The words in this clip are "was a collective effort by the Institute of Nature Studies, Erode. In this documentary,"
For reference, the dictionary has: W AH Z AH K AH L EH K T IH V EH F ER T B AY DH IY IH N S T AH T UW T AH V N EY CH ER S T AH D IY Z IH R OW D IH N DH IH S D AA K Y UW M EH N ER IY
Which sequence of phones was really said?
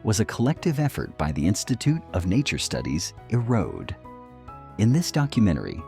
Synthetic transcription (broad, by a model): W AH Z AH K AH L EH K T IH V EH F ER T B AY DH IY IH N S T AH T UW T AH V N EY CH ER S T AH D IY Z IH R OW D IH N DH IH S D AA K Y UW M EH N ER IY